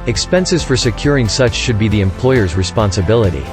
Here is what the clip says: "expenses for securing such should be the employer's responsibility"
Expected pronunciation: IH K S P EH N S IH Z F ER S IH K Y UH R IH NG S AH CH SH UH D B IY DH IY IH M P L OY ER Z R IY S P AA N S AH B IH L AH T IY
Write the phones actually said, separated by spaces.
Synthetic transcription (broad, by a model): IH K S P EH N S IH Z F ER S IH K Y UH R IH NG S AH CH SH UH D B IY DH IY IH M P L OY ER Z R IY S P AA N S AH B IH L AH T IY